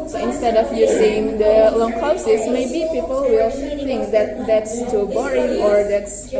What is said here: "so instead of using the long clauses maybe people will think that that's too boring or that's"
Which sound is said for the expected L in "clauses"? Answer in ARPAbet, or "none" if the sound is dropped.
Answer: none